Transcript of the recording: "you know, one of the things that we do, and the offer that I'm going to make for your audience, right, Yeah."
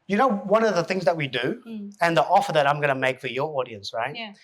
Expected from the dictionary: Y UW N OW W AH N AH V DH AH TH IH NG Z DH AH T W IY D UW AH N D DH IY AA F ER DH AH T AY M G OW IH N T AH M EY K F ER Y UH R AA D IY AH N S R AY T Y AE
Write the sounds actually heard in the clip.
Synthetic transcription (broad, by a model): Y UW N OW W AH N AH V DH AH TH IH NG Z DH AH T W IY D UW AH N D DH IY AA F ER DH AH T AY M G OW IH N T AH M EY K F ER Y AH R AA D IY AH N S R AY T